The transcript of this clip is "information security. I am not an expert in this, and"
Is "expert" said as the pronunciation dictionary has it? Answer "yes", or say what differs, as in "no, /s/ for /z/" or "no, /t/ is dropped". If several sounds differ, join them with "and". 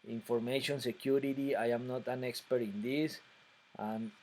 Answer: yes